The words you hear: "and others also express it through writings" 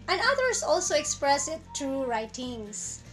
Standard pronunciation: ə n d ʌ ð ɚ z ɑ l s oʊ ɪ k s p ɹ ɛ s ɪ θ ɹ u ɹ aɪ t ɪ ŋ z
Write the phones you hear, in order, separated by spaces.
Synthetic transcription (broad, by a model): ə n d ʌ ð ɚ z ɑ l s oʊ ɪ k s p ɹ ɛ s ɪ t ɹ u ɹ aɪ t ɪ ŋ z